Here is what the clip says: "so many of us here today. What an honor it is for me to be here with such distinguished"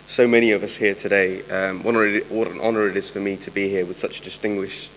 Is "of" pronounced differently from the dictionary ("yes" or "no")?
no